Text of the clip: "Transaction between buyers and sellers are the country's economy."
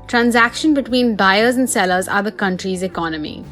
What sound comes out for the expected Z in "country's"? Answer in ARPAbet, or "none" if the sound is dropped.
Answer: Z